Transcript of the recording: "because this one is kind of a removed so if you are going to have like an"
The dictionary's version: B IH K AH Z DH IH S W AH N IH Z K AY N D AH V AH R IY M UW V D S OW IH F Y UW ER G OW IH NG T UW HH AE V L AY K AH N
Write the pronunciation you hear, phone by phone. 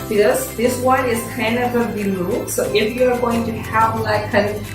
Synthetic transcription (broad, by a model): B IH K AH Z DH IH S W AH N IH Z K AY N AH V AH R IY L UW S OW IH F Y UW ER G OW IH NG T UW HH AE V L AY K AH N